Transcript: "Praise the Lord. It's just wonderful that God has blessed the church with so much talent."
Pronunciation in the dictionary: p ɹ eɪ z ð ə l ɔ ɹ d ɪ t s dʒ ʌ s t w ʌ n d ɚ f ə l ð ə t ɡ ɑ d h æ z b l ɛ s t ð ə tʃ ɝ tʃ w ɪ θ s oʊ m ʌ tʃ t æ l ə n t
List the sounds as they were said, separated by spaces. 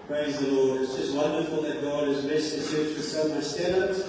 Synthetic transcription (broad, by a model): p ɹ eɪ z ð ə l ɔ ɹ d ɪ t s dʒ ʌ s t w ʌ n d ɚ f ə l ð ə t ɡ ɑ d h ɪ z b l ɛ s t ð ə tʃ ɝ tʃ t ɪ s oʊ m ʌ s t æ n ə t